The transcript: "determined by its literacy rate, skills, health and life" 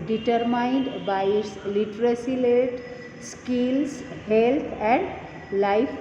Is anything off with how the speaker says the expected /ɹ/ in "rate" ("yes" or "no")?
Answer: yes